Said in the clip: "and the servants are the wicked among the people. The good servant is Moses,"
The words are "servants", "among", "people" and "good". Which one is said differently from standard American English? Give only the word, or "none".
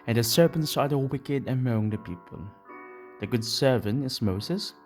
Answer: servants